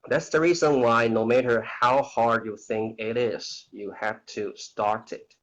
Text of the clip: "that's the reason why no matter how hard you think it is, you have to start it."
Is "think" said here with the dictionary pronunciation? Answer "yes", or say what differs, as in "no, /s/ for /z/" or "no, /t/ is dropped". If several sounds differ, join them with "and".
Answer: yes